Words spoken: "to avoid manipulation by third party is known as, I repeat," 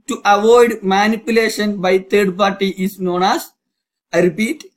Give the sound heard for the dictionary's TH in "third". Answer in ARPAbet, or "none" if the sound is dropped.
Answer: T